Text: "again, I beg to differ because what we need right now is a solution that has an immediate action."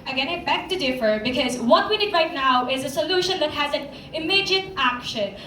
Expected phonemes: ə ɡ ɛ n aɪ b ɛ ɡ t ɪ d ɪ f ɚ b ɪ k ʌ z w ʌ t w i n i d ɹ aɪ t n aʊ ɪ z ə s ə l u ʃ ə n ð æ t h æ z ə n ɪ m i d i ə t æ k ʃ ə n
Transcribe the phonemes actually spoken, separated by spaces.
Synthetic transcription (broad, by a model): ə ɡ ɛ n aɪ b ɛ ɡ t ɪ d ɪ f ɚ b ɪ k ʌ z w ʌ t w i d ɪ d ɹ aɪ t n aʊ ɪ z ə s ə l u ʃ ə n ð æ t h æ z ə n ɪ m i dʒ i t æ k ʃ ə n